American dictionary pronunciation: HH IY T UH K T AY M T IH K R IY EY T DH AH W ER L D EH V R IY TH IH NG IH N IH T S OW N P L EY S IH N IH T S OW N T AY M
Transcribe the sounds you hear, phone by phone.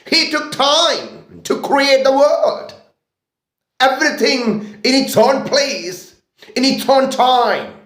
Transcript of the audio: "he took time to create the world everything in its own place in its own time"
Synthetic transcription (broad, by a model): HH IY T UH K T AY M T IH K R IY EY T DH AH W ER L D EH V R IY TH IH NG IH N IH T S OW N P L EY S IH N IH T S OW N T AY M